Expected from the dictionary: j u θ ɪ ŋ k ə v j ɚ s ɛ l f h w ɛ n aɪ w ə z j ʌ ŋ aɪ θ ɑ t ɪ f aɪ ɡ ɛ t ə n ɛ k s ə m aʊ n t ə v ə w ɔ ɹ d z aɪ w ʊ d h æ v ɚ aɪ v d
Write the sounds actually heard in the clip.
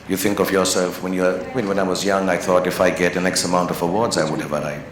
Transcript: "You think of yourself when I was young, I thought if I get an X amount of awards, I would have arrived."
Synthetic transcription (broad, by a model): j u θ ɪ ŋ k ə v j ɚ s ɛ l f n w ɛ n aɪ w ə z j ʌ ŋ aɪ θ ɑ t ɪ f aɪ ɡ ɛ t ə n ɛ k s ə m aʊ n t ə v ə w ɔ ɹ d z aɪ w ʊ d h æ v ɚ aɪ